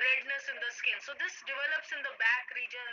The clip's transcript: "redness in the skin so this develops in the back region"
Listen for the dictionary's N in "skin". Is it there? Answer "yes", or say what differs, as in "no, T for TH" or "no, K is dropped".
no, L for N